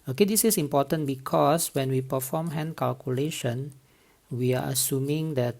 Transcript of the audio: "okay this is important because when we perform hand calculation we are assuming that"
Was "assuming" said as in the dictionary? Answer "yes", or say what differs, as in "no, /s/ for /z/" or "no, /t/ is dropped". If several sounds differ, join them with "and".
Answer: yes